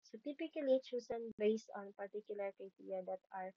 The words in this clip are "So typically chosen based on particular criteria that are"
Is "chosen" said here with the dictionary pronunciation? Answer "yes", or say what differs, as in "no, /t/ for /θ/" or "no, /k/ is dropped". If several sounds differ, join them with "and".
no, /s/ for /z/